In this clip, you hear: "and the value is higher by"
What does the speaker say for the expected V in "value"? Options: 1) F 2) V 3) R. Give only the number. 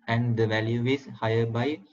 2